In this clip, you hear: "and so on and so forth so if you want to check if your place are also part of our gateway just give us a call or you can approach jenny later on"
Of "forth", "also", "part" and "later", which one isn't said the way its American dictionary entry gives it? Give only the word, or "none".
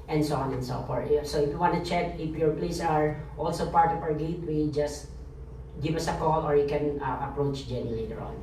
forth